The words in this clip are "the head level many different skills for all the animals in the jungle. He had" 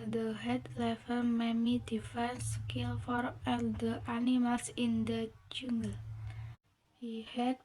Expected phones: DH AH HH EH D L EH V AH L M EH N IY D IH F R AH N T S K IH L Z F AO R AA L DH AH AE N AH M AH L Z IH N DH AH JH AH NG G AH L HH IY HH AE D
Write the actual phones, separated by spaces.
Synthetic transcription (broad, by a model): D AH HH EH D L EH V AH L M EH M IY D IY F AH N S K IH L F AO R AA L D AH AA N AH M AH L S IH N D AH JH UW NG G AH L HH IY HH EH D